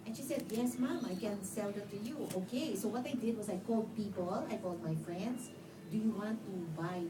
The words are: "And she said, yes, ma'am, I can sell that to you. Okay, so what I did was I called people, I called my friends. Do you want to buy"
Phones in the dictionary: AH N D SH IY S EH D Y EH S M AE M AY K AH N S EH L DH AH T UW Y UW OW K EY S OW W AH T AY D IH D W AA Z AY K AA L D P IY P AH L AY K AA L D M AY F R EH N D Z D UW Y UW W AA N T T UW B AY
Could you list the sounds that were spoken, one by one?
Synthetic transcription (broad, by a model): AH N SH IY S EH D Y EH S M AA M AY K AH N S EH L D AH T UW Y UW OW K EY S OW W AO T AY D IH D W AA S AY K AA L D P IY P AH L AY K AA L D M AY F R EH N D S D UW Y UW W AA N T T UW B AY